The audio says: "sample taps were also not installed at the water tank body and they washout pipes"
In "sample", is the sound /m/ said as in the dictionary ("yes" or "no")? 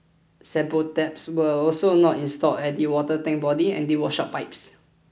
no